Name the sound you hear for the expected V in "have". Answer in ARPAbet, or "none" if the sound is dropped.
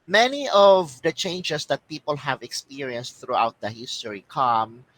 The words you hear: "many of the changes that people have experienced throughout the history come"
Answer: V